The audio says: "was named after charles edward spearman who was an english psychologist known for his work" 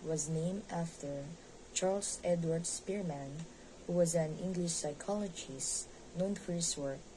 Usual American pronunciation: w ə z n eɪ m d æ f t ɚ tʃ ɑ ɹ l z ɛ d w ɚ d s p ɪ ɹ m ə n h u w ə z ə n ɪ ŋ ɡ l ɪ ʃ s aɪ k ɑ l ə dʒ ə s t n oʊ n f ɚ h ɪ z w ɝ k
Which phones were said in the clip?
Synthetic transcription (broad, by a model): w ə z n eɪ m d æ f t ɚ tʃ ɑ ɹ l s ɛ d w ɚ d s p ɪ ɹ m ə n h u w ə z ə n ɪ ŋ ɡ l ɪ ʃ s aɪ k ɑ l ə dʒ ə s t n oʊ n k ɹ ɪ s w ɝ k